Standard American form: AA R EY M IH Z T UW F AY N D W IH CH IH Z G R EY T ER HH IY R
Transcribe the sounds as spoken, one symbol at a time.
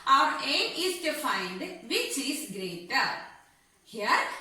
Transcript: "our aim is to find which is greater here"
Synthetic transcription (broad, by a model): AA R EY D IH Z T UW F AY N D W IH CH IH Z G R EY T ER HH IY R